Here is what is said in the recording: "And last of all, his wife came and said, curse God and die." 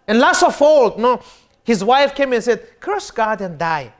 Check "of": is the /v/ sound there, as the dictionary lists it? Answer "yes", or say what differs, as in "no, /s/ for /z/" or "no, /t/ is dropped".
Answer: no, /f/ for /v/